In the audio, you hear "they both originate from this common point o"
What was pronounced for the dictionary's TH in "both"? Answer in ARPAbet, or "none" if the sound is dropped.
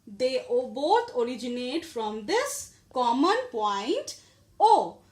T